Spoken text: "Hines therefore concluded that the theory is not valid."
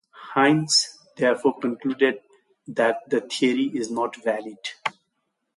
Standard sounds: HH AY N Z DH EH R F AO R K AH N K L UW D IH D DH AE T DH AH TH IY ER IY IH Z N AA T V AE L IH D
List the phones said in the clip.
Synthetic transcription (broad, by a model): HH AY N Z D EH R F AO R K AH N K L UW D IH D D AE T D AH T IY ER IY IH Z N AA T V AE L IH D